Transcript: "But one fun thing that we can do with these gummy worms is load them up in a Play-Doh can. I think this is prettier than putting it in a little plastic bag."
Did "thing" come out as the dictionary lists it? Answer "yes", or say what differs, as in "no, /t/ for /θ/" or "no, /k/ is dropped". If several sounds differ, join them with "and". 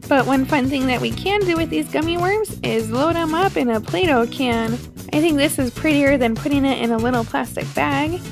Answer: yes